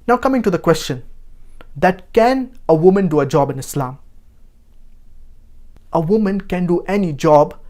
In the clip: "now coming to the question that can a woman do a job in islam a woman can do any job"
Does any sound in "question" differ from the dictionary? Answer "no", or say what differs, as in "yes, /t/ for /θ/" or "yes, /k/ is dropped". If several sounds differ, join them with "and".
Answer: no